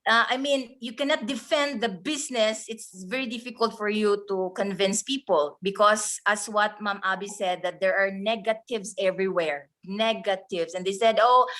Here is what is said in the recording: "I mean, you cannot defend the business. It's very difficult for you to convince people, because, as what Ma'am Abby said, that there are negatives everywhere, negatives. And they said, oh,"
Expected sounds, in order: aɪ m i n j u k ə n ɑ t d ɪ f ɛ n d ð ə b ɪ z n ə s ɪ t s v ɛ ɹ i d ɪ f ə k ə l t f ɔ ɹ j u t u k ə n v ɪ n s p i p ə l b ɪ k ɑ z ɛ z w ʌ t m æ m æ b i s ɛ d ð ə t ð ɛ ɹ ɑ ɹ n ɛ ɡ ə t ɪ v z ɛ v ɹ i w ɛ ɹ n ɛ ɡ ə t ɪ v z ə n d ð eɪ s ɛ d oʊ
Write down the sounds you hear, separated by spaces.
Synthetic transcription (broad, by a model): aɪ m i n j u k ə n ɑ t d ɪ f ɛ n d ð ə b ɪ s n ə s ɪ t s v ɛ ɹ i d ɪ f ə k ə l t f ɔ ɹ j u t u k ə n v ɪ n s p i p ə l b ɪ k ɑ s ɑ s w ʌ t m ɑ m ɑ b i s ɛ d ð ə t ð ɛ ɹ ɑ ɹ n ɛ ɡ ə t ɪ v s ɛ v ɹ i w ɛ ɹ n ɛ ɡ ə t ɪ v s ə n d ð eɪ s ɛ d oʊ